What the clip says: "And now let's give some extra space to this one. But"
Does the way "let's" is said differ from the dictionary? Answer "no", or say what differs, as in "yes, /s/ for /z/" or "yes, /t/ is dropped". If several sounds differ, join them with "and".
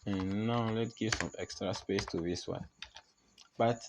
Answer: yes, /s/ is dropped